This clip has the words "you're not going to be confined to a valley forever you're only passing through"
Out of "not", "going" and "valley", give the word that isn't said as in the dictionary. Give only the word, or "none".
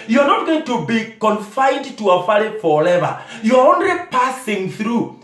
valley